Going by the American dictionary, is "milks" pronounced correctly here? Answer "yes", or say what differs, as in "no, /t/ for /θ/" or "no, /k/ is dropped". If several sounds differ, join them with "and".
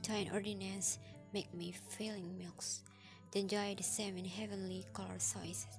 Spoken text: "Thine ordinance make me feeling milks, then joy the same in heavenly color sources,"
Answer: yes